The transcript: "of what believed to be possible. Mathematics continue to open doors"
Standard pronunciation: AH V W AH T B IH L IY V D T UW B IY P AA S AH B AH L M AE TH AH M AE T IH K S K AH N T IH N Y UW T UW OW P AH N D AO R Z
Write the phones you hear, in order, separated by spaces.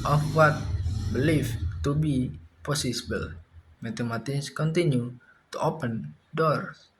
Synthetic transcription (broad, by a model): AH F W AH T B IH L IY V T UW B IY P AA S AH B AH L M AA T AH M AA T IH S K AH N T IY N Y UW T UW OW P AH N D AO R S